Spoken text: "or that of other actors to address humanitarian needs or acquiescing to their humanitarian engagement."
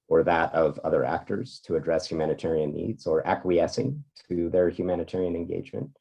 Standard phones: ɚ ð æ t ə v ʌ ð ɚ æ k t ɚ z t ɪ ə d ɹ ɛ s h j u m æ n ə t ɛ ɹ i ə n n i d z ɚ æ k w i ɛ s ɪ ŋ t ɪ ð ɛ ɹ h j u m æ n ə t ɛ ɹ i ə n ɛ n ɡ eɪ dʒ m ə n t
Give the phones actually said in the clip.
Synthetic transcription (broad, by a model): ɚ ð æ t ə v ʌ ð ɚ æ k t ɚ z t ɪ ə d ɹ ɛ s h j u m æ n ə t ɛ ɹ i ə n n i d z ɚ æ k w i ɛ s ɪ ŋ t ɪ ð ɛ ɹ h j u m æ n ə t ɛ ɹ i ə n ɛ n ɡ eɪ dʒ m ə n t